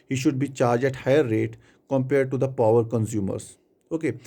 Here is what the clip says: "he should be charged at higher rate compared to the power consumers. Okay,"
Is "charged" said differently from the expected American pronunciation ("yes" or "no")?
yes